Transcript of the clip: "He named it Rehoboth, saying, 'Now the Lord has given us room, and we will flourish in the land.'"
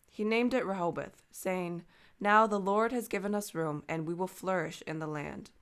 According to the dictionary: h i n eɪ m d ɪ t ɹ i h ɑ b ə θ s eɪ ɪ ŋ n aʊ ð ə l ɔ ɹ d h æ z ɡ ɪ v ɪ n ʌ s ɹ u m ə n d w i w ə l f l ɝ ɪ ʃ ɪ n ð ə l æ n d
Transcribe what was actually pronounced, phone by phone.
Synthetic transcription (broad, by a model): h i n eɪ m d ɪ t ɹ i h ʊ b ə θ s eɪ ɪ ŋ n aʊ ð ə l ɔ ɹ d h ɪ z ɡ ɪ v ɪ n ʌ s ɹ u m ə n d w i w ə l f l ɝ ɪ ʃ ɪ n ð ə l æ n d